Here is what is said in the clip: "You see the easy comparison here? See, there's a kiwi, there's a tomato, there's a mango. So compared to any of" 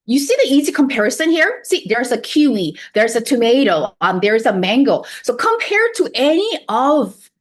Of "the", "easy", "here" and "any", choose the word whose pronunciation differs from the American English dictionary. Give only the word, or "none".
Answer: none